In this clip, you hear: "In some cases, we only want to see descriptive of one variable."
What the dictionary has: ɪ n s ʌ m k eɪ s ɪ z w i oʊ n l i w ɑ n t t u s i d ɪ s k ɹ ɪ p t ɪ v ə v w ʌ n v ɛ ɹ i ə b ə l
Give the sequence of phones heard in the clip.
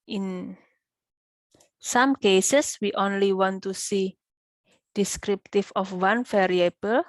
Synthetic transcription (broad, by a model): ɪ n s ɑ m k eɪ s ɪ s w i oʊ n l i w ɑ n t t u s i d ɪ s k ɹ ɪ p t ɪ f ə f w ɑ n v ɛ ɹ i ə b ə l